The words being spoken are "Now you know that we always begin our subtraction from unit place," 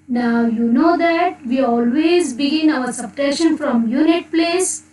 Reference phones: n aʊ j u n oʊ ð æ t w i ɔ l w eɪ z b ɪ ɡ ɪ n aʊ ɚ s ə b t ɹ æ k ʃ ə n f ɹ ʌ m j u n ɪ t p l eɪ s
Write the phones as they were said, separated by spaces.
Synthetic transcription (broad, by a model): n aʊ j u n oʊ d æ t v i ɔ l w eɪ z b ɪ ɡ ɪ n aʊ ɚ s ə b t ɛ ʃ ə n f ɹ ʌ m j u n ɪ t p l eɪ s